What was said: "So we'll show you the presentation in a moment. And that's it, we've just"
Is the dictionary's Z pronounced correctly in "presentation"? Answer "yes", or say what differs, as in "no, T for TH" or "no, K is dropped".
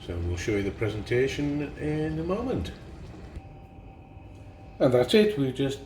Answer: yes